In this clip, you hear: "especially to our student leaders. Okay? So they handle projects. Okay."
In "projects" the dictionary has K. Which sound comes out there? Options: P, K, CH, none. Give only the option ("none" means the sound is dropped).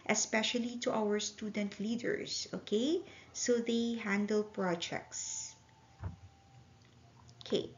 K